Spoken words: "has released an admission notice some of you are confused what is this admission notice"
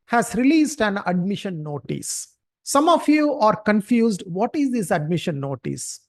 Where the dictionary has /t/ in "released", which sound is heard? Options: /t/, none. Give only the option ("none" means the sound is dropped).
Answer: /t/